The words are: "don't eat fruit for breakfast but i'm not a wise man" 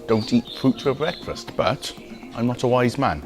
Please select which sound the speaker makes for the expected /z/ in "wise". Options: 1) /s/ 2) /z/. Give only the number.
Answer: 2